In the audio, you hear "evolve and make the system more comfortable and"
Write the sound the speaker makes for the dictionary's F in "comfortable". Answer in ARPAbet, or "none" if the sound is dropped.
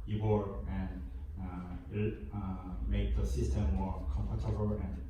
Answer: P